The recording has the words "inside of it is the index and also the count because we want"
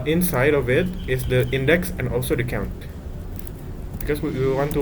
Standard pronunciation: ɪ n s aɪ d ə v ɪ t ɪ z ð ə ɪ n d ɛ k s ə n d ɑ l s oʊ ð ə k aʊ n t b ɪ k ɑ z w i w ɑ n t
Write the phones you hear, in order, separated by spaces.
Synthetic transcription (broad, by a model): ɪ n s aɪ d ə v ɪ t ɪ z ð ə ɪ n d ɛ k s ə n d ɑ l s oʊ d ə k aʊ n t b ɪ k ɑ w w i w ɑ n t